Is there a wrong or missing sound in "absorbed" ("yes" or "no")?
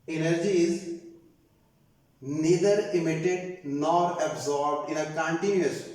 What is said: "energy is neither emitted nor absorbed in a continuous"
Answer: no